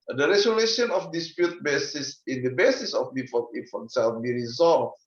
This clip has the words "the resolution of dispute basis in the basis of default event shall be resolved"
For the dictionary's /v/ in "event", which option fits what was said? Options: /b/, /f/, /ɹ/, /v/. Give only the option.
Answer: /f/